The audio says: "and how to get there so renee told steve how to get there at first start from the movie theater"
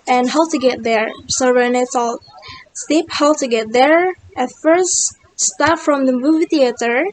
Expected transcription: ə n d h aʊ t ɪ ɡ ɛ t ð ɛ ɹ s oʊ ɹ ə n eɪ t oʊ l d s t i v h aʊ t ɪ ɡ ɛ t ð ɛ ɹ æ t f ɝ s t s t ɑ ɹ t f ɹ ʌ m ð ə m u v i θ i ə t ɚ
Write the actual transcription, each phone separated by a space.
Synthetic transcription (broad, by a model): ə n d h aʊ t ɪ ɡ ɛ t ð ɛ ɹ s oʊ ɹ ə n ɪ t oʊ l s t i p h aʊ t ɪ ɡ ɛ t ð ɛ ɹ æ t f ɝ s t s t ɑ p f ɹ ʌ m ð ə m u v i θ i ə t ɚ